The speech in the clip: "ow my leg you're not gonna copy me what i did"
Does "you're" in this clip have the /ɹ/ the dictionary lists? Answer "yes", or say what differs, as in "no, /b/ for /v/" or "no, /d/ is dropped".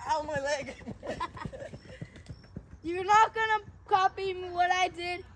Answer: no, /w/ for /ɹ/